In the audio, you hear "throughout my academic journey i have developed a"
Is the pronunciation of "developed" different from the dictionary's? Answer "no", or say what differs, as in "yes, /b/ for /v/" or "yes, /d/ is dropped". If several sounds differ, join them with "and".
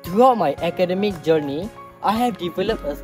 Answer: yes, /t/ is dropped